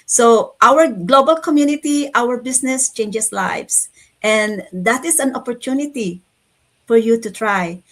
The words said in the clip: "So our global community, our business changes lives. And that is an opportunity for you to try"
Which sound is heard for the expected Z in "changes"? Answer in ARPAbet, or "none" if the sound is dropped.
S